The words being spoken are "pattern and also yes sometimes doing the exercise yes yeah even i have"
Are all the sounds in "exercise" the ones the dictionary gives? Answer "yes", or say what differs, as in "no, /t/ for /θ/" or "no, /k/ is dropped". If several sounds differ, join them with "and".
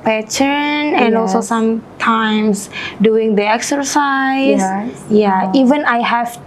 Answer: no, /z/ is dropped